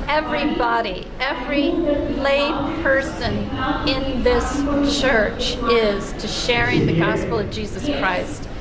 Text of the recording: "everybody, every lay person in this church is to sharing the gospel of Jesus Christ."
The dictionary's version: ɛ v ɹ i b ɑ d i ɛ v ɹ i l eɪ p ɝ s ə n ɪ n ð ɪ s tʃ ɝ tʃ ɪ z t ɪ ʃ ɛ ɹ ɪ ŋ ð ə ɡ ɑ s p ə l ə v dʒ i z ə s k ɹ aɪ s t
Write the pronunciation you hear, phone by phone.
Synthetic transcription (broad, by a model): ɛ v ɹ i b ɑ d i ɛ v ɹ i l eɪ p ɝ s ə n ɪ n ð ɪ s tʃ ɝ tʃ ɪ z t ɪ ʃ ɛ ɹ ɪ ŋ ð ə ɡ ɑ s p l ə v dʒ i z ə s k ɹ aɪ s t